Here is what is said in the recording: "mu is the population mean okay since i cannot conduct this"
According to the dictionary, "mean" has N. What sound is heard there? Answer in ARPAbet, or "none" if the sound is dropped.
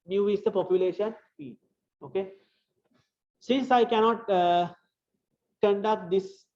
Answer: none